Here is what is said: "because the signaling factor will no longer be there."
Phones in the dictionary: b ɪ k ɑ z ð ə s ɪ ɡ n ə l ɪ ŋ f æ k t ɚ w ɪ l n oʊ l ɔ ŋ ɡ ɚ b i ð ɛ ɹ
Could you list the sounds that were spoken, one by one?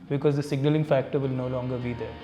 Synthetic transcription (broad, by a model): b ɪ k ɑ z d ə s ɪ ɡ n ə l ɪ ŋ f æ k t ɚ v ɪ l n oʊ l ɔ ŋ ɡ ɚ b i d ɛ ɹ